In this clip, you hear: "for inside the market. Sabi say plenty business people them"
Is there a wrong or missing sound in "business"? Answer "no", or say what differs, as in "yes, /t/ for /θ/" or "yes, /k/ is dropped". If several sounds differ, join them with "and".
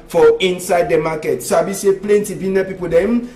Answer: yes, /s/ is dropped